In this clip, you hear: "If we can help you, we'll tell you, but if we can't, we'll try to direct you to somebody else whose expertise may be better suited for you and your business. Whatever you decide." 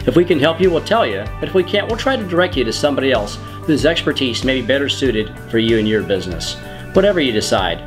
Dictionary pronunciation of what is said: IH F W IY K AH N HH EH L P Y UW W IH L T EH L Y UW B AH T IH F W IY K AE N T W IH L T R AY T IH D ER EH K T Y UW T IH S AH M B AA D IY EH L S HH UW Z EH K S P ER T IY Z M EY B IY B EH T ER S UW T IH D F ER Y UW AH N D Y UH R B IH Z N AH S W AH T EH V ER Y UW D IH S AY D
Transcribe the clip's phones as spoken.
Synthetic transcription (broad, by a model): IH F W IY K AH N HH EH L P Y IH W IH L T EH L Y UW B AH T IH F W IY K AE N T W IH L T R AY T IH D ER EH K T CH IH T IH S AH M B AA D IY EH L S HH UW Z EH K S P ER T IY Z M EY B IY B EH T ER S UW T IH D F ER Y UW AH N Y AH R B IH Z N AH S W AH T EH V ER Y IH D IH S AY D